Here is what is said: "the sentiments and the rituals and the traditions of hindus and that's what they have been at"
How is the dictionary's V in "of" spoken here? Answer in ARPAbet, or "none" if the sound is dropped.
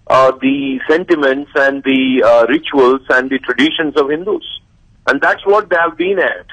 V